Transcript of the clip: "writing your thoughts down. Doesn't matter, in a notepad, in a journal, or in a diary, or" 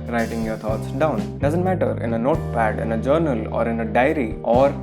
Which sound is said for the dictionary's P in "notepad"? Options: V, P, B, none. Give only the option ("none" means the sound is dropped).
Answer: P